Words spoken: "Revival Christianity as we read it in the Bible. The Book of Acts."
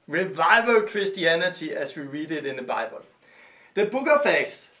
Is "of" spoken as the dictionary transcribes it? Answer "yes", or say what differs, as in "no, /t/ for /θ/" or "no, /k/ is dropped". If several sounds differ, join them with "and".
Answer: no, /f/ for /v/